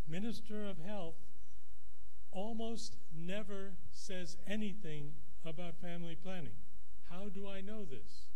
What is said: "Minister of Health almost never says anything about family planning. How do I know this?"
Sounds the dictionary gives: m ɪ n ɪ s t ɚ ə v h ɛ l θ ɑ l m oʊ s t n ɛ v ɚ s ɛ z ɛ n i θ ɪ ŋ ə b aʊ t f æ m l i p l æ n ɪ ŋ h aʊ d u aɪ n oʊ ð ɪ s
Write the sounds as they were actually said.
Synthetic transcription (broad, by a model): m ɪ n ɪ s t ɚ ə v h ɛ l θ ɑ l m oʊ s t n ɛ v ɚ s ɛ z ɛ n i θ ɪ ŋ ə b aʊ t f æ m l i p l æ n ɪ ŋ h aʊ d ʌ aɪ n oʊ ð ɪ s